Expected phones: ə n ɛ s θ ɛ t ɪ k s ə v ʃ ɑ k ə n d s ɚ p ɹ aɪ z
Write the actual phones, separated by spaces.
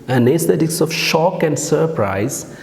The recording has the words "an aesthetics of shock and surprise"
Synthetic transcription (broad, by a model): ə n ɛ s t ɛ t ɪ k s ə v ʃ ɑ k ə n d s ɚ p ɹ aɪ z